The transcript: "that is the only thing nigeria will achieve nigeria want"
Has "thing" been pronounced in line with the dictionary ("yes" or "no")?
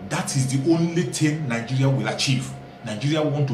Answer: no